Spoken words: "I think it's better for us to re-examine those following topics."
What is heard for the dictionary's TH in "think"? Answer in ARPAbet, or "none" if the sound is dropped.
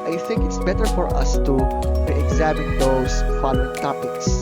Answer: TH